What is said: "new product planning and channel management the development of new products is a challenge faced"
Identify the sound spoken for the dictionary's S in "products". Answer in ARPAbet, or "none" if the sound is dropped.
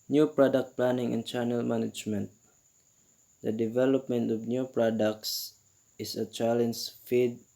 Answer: S